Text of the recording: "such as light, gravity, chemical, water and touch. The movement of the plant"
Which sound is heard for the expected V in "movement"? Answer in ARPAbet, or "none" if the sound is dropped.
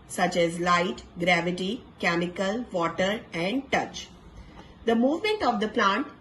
V